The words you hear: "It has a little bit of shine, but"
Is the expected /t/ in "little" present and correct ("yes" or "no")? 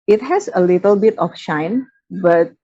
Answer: yes